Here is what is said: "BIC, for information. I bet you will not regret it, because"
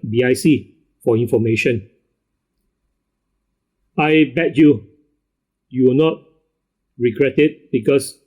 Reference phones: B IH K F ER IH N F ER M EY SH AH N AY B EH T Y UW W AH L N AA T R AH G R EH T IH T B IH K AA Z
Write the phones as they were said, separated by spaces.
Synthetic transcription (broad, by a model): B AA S F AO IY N F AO M EY SH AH N AY B EH T Y UW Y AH W N AA T R AH G R EH T IH T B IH K AA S